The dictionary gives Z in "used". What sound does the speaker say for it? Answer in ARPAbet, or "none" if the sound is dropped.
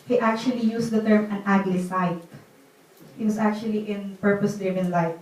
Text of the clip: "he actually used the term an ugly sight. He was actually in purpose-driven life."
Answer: S